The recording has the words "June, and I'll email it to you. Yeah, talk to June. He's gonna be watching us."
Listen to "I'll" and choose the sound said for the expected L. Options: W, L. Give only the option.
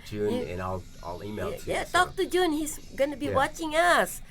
L